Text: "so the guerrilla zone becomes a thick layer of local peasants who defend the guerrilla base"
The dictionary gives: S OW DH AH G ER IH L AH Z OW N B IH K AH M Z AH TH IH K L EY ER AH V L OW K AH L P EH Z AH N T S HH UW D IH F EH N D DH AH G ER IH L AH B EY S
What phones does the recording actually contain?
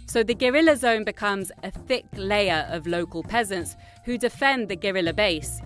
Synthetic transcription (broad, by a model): S OW DH AH G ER IH L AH Z OW N B IH K AH M Z AH TH IH K L EY ER AH V L OW K AH L P EH Z AH N T S HH UW D IH F EH N DH AH G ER IH L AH B EY S